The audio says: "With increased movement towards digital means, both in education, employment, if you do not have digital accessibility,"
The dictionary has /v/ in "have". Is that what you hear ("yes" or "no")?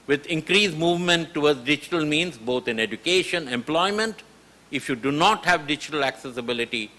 yes